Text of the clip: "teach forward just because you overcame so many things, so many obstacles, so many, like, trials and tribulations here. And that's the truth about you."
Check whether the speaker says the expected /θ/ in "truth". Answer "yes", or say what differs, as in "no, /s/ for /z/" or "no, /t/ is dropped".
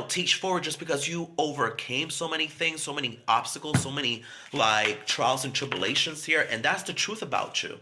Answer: yes